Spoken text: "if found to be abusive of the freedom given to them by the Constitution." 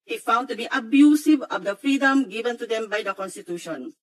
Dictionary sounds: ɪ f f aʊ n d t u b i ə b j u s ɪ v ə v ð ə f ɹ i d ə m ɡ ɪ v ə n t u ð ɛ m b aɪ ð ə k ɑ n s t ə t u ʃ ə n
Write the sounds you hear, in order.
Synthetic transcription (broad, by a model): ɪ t f aʊ n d t u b i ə b j u s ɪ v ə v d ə f ɹ i d ə m ɡ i v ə n t u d ɛ m b aɪ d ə k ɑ n s t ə t u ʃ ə n